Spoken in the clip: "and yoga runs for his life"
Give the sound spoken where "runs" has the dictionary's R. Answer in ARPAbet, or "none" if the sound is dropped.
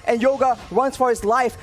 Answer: W